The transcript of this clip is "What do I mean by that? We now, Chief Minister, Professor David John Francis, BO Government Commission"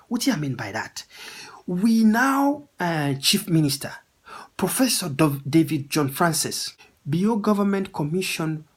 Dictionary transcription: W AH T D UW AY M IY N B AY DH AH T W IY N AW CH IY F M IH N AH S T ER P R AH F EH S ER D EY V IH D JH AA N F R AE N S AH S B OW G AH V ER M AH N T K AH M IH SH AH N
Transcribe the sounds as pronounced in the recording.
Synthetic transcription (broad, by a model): W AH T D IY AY M IY N B AY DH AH T W IY N AW CH IY F M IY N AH S T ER P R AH F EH S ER D EY V IH D JH AA N F R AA N S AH S B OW G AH V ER M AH N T K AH M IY SH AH N